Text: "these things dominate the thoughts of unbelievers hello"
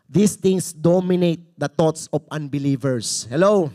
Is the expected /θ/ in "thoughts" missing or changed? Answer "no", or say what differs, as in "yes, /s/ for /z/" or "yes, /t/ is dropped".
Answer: yes, /t/ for /θ/